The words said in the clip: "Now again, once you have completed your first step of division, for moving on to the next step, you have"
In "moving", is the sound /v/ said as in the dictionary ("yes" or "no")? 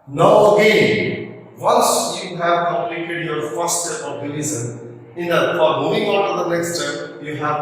no